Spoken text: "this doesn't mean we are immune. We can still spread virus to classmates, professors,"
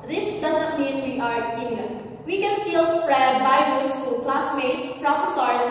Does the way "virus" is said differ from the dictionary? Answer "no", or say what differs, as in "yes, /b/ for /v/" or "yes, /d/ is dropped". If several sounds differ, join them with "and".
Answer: yes, /b/ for /v/